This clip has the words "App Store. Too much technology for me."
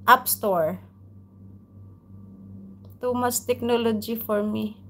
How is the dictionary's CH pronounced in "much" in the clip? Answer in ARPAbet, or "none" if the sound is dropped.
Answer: S